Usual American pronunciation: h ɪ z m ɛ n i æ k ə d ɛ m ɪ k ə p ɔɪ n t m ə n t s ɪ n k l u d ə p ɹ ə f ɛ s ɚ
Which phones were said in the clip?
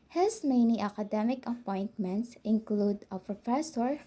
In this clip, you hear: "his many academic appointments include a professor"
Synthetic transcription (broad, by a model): h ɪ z m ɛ n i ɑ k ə d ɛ m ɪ k ə p ɔɪ n t m ə n t s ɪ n k l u d ə p ɹ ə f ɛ s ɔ